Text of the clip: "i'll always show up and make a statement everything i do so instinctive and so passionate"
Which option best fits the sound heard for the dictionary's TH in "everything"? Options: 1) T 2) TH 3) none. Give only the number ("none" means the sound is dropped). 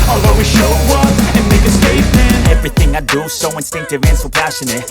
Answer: 2